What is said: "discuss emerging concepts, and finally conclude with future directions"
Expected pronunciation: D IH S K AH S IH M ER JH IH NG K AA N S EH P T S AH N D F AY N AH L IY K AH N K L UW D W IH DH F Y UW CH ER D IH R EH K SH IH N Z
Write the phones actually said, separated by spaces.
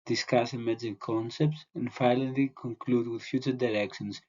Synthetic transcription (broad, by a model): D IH S K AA S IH M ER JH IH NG K AA N S EH P T S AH N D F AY L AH L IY K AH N K L UW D W IH DH F Y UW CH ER D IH R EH K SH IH N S